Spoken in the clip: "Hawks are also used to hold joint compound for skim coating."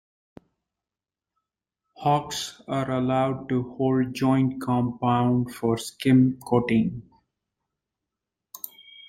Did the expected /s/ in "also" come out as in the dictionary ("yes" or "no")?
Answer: no